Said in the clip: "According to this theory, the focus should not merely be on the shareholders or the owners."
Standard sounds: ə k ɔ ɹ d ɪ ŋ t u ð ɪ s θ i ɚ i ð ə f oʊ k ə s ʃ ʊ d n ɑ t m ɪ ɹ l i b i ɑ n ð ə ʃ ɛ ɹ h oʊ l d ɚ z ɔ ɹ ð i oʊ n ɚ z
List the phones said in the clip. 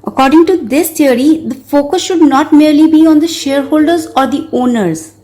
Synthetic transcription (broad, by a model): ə k ɔ ɹ d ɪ ŋ t u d ɪ s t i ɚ i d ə f oʊ k ə s ʃ ʊ d n ɑ t m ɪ ɹ l i b i ɑ n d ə ʃ ɛ ɹ h oʊ l d ɚ z ɔ ɹ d i oʊ n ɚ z